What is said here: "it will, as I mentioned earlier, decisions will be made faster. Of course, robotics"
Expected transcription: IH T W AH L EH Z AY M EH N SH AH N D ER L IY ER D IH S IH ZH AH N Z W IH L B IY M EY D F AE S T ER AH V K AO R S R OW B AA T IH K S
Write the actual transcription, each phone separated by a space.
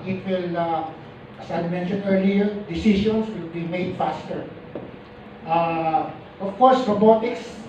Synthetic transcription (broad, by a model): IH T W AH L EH S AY M EH N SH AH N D ER L IY ER D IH S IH SH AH N S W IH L B IY M EY D F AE S T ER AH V K AO R S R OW B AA T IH K S